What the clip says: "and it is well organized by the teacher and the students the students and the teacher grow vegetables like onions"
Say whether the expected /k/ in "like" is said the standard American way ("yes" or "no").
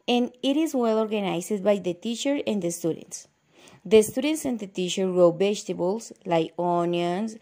no